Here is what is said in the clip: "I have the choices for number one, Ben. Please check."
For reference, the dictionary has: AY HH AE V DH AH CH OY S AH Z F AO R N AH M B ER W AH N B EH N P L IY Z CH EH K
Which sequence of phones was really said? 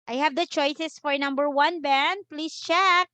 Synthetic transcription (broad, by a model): AY HH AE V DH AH CH OY S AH S F AO R N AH M B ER W AH N B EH N P L IY S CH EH K